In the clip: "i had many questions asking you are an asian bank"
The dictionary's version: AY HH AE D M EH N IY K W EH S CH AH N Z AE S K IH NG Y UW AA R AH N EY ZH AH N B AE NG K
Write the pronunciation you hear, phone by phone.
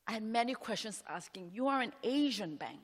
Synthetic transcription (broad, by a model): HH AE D M EH N IY K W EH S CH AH N S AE S K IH NG Y UW AA R AH N EY ZH AH N B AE NG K